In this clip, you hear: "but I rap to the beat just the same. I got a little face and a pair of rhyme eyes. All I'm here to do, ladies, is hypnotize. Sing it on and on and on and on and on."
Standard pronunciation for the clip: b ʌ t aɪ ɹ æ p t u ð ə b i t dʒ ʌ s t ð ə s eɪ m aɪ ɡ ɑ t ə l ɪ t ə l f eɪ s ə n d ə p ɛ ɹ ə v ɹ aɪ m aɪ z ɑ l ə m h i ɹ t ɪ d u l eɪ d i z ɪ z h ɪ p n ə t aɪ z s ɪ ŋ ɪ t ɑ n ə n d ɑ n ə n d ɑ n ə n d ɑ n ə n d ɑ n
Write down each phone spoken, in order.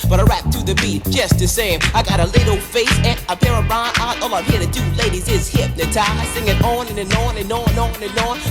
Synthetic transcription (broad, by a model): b ʌ t aɪ ɹ æ p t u ð ə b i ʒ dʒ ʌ s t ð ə s eɪ m aɪ ɡ ɑ t ə l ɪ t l f eɪ s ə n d ə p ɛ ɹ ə b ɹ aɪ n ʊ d ɑ l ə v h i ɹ t ɪ d u l eɪ d i z ɪ z h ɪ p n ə t aɪ s ɪ ŋ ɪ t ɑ n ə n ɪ n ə n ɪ n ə n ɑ n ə n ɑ n